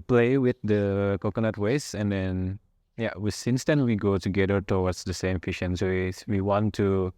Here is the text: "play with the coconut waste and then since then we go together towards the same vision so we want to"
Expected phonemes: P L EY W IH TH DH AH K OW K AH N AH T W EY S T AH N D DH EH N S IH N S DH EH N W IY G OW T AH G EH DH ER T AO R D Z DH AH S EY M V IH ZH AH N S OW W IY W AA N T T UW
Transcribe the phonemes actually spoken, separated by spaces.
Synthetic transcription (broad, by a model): P L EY W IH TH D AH K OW K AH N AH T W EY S AH N D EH N S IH N S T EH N W IY G OW T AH G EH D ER T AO W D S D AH S EY M F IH SH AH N S OW W IY W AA N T T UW